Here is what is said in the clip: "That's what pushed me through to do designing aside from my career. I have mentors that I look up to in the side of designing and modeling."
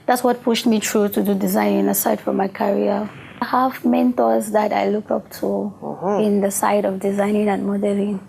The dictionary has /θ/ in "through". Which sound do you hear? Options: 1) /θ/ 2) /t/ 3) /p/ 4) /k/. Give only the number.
2